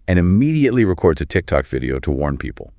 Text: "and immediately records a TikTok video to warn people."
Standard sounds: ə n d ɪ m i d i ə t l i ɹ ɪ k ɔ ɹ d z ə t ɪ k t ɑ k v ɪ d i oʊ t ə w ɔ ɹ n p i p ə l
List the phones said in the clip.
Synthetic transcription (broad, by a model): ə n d ɪ m i d i ə t l i ɹ ɪ k ɔ ɹ d z ə t ɪ k t ɑ k v ɪ d i oʊ t ə w ɔ ɹ n p i p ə l